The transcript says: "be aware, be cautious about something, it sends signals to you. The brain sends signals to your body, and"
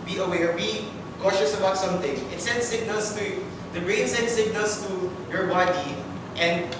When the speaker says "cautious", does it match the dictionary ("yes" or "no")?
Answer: yes